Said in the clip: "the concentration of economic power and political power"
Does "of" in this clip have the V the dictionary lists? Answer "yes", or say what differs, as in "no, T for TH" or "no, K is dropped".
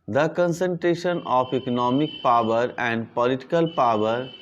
no, P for V